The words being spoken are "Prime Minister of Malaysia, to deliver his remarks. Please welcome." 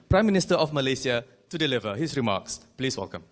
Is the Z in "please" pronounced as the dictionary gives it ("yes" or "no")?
no